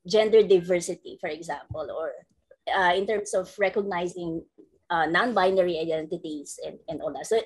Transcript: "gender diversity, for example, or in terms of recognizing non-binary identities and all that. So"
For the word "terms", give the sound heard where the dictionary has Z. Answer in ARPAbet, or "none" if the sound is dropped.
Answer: S